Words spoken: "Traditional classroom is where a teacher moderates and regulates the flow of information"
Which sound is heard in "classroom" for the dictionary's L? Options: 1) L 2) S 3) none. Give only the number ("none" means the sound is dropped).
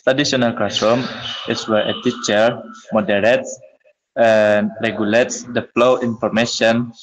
3